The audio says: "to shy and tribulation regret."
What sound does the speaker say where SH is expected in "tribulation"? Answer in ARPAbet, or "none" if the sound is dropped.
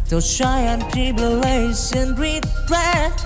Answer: S